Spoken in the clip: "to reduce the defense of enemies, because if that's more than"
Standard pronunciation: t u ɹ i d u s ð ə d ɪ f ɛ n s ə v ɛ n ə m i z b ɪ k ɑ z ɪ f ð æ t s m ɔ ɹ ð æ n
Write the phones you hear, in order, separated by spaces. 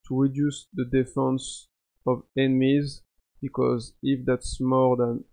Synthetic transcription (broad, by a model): t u ɹ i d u s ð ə d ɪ f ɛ n s ə v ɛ n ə m i z b ɪ k ɑ z ɪ f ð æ t s m ɔ ɹ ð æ n